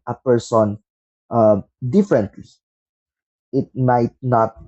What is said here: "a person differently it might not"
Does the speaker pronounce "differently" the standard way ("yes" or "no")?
yes